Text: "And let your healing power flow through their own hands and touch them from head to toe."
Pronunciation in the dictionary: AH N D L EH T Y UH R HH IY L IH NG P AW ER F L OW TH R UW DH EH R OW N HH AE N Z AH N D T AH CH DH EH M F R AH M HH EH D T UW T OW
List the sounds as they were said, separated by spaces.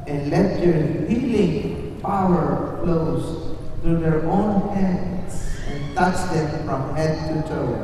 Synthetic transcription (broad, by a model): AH N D L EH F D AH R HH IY L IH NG F AW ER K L OW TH R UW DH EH R OW N HH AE N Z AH N T AH CH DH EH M F R AH M HH EH D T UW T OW